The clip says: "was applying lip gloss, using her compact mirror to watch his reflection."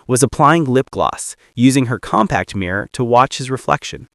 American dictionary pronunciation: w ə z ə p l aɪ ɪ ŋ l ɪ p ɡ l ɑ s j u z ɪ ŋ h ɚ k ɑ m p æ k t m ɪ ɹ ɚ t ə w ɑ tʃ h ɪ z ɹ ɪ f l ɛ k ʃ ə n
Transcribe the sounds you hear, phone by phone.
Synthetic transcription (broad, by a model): w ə z ə p l aɪ ɪ ŋ l ɪ p ɡ l ɑ s j u z ɪ ŋ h ɚ k ɑ m p æ k t m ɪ ɹ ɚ t ə w ɑ tʃ h ɪ z ɹ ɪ f l ɛ k ʃ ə n